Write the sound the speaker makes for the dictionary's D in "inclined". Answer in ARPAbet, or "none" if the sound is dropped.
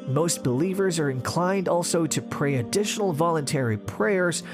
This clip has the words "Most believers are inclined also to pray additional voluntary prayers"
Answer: D